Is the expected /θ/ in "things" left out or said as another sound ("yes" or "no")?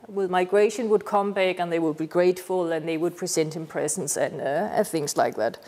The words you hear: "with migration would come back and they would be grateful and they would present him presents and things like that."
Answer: no